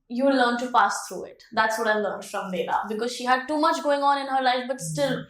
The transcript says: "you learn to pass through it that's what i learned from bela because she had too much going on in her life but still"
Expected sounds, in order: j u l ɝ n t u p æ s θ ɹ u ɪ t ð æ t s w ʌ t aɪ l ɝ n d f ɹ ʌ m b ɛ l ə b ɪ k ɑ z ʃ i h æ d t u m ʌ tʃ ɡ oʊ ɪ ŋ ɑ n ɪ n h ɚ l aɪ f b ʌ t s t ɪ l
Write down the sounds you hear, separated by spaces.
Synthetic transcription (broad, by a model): j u l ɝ n t u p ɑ s t ɹ u ɪ t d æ t s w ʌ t aɪ l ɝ n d f ɹ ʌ m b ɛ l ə b ɪ k ɑ z ʃ i h æ d t u m ʌ tʃ ɡ oʊ ɪ ŋ ɑ n ɪ n h ɚ l aɪ f b ʌ t s t ɪ l